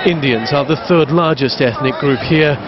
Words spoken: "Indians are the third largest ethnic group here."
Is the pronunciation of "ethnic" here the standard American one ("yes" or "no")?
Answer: yes